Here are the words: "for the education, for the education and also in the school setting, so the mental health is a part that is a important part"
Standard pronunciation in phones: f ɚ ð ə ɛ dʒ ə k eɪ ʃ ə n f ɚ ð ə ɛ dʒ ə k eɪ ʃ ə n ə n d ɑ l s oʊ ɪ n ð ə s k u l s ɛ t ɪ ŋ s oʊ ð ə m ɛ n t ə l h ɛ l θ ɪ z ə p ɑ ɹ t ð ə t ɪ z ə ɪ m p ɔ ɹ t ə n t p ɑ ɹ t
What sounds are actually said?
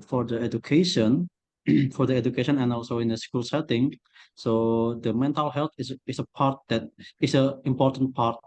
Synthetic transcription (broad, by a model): f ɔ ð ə ɛ dʒ ə k eɪ ʃ ə n f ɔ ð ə ɛ dʒ ə k eɪ ʃ ə n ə n ɑ l s oʊ ɪ n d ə s k u l s ɛ t ɪ ŋ s oʊ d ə m ɛ n t ə l h ɛ l s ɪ s ə p ɑ ɹ t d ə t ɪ s ə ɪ m p ɔ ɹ t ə n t p ɑ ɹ t